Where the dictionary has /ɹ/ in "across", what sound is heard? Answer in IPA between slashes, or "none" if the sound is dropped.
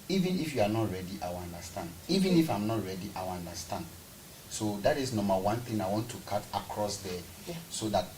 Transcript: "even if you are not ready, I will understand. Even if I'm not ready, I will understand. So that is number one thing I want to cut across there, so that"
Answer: /ɹ/